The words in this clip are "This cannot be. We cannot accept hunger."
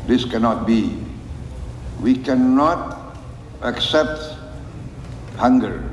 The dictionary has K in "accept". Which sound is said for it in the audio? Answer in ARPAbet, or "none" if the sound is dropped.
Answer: K